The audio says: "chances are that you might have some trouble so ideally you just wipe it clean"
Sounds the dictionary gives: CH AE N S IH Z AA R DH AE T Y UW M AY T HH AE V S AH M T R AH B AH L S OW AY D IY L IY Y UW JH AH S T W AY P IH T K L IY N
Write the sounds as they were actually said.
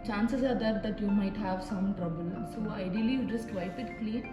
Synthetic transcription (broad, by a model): CH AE N S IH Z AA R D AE T Y UW M AY T HH AE V S AH M T R AH B AH L S OW AY D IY IY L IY JH AH S T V AY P IH T K L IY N